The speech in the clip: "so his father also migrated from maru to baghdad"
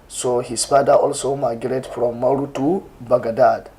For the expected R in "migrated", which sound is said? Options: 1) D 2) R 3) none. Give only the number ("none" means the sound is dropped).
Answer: 3